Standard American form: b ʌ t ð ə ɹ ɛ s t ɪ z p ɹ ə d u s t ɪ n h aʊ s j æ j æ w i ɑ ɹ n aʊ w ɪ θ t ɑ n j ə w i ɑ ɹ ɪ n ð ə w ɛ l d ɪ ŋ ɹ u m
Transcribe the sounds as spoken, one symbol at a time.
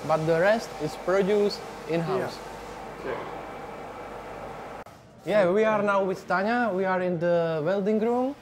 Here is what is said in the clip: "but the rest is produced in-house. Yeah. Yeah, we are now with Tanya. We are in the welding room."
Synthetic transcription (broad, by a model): b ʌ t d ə ɹ ɛ s t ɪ s p ɹ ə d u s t ɪ n h aʊ s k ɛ j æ w i ɑ ɹ n aʊ w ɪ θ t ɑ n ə w i ɑ ɹ ɪ n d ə w ɛ l d ɪ ŋ ɹ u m